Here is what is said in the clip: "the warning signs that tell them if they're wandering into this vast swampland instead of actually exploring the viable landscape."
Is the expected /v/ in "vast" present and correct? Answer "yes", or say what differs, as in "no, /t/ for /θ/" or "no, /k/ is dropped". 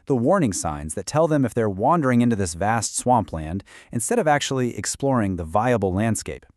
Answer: yes